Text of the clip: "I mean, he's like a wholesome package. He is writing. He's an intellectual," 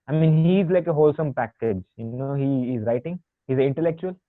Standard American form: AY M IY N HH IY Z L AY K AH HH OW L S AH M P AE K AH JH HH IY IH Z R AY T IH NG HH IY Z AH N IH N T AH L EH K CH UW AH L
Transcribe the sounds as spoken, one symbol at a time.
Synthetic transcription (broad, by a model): AY M IY N HH IY Z L AY K AH HH OW L S AH M P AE K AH JH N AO IH Z R AY T IH NG HH IY Z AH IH N T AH L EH K CH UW AH L